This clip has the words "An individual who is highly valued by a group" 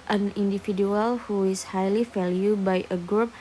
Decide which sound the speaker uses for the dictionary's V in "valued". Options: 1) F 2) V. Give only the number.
1